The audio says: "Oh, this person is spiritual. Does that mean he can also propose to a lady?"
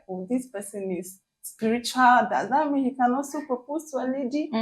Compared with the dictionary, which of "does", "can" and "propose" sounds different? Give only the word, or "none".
propose